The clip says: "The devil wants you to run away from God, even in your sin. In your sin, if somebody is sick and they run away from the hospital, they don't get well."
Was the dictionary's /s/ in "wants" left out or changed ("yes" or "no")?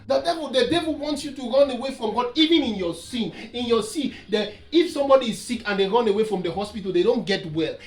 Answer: no